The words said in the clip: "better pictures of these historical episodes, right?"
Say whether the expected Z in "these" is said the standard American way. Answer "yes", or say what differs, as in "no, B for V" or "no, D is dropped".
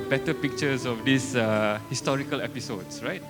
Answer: no, S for Z